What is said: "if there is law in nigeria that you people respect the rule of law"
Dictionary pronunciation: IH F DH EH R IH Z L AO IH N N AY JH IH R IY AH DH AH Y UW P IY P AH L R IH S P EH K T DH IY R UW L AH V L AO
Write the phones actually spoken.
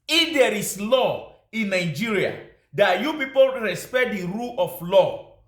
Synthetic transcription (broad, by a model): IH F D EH R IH S L AO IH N N AY JH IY R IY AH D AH Y UW P IY P AH L R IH S P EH T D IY R UW L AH F L AO